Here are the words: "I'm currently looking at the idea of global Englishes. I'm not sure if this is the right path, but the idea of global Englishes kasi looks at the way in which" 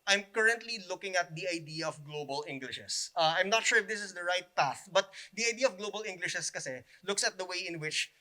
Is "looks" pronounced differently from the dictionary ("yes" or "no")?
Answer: no